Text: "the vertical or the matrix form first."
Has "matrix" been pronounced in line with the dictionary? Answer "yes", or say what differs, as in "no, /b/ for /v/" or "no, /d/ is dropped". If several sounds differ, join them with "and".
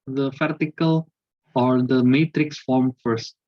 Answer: yes